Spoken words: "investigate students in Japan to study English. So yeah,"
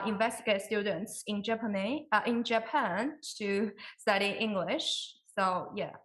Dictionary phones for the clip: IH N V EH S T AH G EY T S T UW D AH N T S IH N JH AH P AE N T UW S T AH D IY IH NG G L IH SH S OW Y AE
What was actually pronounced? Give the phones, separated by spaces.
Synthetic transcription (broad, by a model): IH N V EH S T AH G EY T S T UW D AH N T S IH N JH AH P AE N T UW S T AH D IY IH NG G L IH SH S OW Y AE